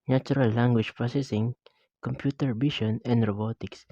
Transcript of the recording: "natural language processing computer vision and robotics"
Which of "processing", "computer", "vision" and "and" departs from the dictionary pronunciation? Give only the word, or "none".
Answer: vision